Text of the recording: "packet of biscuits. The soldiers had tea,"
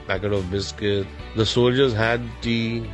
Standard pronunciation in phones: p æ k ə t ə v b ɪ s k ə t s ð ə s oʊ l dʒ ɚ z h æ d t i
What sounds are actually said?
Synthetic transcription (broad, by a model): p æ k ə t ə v b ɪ s k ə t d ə s oʊ l dʒ ɚ z h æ d t i